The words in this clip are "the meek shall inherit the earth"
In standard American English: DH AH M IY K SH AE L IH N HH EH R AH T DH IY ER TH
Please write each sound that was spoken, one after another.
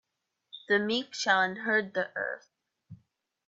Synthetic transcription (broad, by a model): DH AH M IY K SH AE L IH N HH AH R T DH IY ER TH